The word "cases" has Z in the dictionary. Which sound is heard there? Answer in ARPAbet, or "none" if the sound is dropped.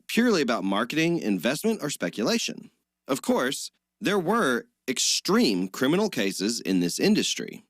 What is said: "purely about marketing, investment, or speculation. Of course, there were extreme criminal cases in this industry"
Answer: Z